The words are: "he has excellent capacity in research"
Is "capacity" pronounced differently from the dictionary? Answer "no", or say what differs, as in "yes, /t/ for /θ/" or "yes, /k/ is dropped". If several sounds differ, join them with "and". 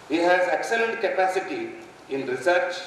no